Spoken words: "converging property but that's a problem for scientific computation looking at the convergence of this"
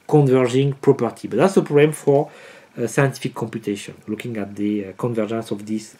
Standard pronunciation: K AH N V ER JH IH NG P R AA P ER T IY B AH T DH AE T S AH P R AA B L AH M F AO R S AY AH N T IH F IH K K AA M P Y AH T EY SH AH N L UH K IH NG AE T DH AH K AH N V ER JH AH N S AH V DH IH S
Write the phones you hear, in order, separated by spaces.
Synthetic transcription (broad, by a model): K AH N V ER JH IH NG P R AA P ER T IY B AH T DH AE T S AH P R AA B L AH M F AO R S AY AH N T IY F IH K K AA M P Y AH T EY SH AH N L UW K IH NG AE T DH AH K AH N V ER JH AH N S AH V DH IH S